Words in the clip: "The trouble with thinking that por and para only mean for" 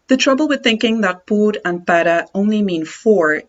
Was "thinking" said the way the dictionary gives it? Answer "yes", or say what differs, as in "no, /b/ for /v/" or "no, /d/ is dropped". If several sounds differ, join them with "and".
yes